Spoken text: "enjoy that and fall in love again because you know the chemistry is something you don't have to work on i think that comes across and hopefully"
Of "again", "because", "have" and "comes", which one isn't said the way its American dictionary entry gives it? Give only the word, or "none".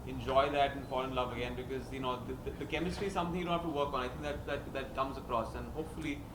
have